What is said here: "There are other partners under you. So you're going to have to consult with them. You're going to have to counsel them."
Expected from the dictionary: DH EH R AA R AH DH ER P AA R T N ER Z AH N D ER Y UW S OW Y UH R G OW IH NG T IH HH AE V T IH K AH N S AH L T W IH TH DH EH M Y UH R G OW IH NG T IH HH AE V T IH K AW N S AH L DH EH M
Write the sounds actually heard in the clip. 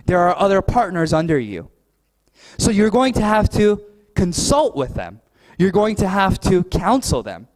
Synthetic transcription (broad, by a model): DH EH R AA R AH DH ER P AA R T N ER Z AH N D ER Y UW S OW Y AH R G OW IH NG T IH HH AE F T IH K AH N S AH L T W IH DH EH M Y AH R G OW IH NG T IH HH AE F T IH K AW N S L DH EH M